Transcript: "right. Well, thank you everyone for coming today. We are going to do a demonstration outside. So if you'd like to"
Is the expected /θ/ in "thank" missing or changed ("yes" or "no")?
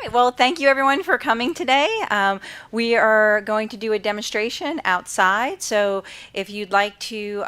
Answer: no